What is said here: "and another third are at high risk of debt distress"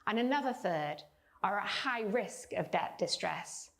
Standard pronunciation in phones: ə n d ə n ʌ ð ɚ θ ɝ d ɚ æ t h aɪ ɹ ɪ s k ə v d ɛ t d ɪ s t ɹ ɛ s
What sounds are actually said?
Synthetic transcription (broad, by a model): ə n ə n ʌ ð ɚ θ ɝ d ɚ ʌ t h aɪ ɹ ɪ s k ə v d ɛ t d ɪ s t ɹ ɛ s